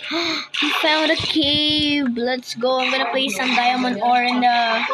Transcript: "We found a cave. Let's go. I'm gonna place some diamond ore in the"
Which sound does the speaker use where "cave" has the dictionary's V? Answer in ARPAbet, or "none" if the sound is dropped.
B